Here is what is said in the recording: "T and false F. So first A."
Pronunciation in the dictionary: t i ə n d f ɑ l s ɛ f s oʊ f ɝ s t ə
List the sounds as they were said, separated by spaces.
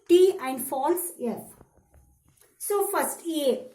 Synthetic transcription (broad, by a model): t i ə n d f ɑ l s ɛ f s oʊ f ɝ s t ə